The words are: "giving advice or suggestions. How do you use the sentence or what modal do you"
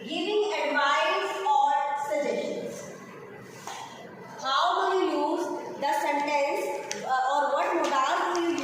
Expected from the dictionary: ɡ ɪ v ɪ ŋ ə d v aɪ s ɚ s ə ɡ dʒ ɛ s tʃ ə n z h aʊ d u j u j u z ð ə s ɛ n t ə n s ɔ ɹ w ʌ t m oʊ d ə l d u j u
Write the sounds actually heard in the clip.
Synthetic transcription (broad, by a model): ɡ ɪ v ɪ ŋ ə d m aɪ ɚ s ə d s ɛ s ʃ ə n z h aʊ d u j u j u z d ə s ɛ n t ə n s ɔ ɹ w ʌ t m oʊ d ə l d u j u